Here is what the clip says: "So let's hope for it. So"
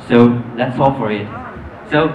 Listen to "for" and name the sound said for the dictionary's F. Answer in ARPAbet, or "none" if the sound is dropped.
F